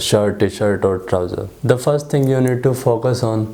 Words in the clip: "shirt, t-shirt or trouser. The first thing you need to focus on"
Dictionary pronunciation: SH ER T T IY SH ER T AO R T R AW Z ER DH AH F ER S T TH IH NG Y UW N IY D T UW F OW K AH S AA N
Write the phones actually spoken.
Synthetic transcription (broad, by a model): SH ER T T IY SH ER T AO R T R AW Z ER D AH F ER S T T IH NG Y UW N IY D T UW F OW K AH S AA N